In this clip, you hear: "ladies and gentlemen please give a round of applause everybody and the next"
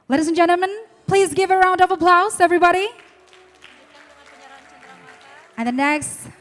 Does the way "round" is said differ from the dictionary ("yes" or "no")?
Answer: no